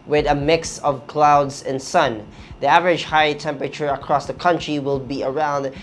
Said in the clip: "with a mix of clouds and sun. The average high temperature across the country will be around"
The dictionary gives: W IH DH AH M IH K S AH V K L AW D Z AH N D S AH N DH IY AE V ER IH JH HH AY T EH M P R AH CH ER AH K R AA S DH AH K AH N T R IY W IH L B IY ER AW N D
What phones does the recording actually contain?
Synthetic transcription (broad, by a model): W IH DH AH M IH K S AH V K L AW D Z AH N S AH N DH IY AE V ER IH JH HH AY T EH M P R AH CH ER AH K R AA S DH AH K AH N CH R IY W IH L B IY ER AW N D